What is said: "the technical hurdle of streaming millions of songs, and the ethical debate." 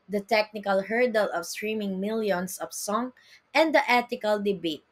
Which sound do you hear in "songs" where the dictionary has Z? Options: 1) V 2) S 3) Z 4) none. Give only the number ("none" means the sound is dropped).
4